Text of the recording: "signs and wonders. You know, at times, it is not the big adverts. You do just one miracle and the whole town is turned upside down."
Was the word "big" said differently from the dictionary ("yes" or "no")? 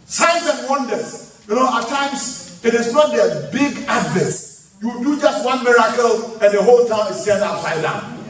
no